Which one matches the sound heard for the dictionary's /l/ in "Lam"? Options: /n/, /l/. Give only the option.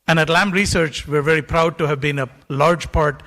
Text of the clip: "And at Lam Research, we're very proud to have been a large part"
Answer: /l/